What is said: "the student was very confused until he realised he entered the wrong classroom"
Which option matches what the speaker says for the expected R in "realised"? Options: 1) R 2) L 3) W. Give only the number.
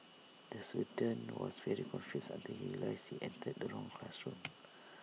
2